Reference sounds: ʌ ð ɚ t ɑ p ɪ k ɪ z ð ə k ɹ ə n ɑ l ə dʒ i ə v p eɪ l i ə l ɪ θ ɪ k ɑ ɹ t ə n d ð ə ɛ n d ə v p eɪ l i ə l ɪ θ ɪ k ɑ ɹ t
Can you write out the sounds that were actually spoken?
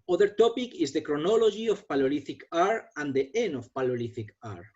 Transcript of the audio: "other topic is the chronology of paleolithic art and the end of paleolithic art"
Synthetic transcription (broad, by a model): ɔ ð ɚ t ɑ p ɪ k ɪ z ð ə k ɹ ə n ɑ l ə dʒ i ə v p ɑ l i l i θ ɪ k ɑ ɹ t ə n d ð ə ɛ n ə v p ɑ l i l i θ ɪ k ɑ ɹ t